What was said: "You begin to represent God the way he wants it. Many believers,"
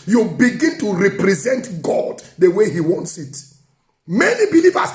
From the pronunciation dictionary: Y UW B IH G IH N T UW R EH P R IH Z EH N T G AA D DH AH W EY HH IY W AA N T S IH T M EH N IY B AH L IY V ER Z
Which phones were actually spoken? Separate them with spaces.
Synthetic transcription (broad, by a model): Y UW B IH G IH N T UW R EH P R IH Z EH N T G AA D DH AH W EY HH IY W AA N T S IH T M EH N IY B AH L IY V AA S